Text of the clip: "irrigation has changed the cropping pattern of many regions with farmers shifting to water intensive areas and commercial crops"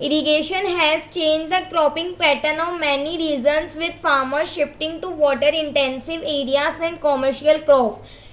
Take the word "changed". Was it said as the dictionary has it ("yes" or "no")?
yes